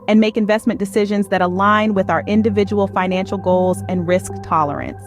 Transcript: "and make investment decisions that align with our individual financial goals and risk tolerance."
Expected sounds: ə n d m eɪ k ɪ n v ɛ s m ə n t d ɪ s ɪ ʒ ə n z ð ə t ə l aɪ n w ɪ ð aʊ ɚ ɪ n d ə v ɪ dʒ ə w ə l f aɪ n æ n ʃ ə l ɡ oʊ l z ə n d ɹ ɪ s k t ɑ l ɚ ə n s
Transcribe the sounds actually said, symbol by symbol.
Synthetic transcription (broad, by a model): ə n m eɪ k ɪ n v ɛ s m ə n d ɪ s ɪ ʒ ə n z ð ə t ə l aɪ n w ɪ ð aʊ ɚ ɪ n d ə v ɪ dʒ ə w l f aɪ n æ n ʃ l ɡ oʊ l z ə n ɹ ɪ s k t ɑ l ɚ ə n s